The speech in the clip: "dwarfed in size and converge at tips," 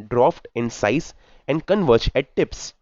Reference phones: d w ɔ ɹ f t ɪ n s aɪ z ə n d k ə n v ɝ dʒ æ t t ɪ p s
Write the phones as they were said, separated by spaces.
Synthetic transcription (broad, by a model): d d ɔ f t ɪ n s aɪ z ə n d k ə n v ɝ tʃ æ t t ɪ p s